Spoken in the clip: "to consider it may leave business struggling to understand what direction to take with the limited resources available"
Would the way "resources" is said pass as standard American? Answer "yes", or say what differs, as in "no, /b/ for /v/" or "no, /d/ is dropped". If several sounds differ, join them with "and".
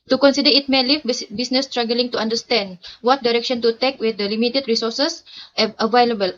no, /z/ is dropped